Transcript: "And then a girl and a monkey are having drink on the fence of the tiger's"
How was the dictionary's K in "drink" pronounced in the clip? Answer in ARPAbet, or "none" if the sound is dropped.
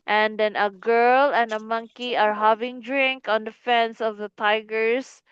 K